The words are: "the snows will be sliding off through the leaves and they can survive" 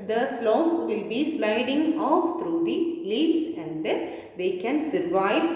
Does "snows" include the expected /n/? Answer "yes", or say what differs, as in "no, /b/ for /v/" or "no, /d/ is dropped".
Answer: no, /l/ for /n/